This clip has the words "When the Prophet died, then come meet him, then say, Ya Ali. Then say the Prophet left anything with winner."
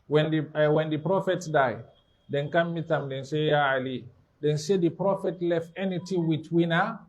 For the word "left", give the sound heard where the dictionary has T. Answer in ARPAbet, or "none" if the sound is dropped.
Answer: T